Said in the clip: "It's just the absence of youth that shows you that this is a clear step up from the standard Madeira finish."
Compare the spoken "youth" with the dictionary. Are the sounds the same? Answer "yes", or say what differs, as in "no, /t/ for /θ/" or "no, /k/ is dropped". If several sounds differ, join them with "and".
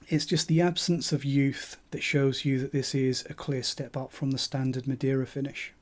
yes